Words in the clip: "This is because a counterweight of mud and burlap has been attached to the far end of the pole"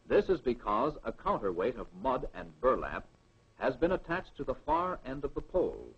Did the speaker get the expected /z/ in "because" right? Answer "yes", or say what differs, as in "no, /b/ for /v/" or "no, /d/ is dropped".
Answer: yes